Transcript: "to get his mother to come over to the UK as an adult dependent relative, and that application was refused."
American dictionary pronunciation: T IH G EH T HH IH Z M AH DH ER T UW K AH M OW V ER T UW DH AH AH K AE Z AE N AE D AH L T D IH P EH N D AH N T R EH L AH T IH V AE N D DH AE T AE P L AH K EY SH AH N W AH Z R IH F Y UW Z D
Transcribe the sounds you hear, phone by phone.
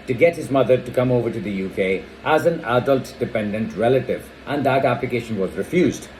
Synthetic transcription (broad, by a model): T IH G EH T HH IH Z M AH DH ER T UW K AH M OW V ER T UW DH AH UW K AE Z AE N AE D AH L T D IH P EH N D AH N T R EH L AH T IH V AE N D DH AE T AE P L AH K EY SH AH N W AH Z R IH F Y UW Z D